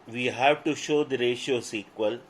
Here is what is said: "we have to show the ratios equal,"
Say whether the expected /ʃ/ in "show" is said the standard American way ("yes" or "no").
yes